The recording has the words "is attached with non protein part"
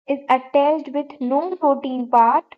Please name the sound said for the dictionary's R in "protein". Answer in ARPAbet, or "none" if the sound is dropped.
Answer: none